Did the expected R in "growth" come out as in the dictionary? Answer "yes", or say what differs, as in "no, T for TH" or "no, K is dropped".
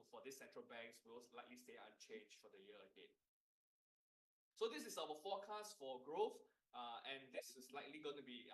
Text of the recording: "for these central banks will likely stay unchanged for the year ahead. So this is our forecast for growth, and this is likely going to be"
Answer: yes